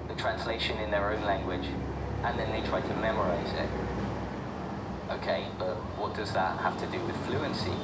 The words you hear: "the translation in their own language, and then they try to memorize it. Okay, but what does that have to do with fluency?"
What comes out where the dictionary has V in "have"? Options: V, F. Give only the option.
F